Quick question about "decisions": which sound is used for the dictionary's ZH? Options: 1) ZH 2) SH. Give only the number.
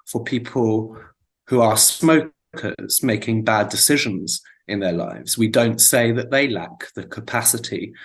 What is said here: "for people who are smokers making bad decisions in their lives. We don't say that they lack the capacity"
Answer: 1